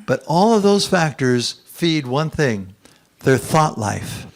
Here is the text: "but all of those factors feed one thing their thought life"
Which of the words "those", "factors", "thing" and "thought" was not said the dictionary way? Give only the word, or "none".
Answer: none